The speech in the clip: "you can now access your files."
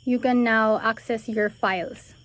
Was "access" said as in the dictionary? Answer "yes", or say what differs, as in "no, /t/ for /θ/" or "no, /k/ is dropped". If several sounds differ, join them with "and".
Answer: yes